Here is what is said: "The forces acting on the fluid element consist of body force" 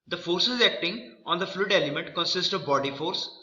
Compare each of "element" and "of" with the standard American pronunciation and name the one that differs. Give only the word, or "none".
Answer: none